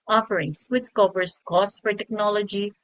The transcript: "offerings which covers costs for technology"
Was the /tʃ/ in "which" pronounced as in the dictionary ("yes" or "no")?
no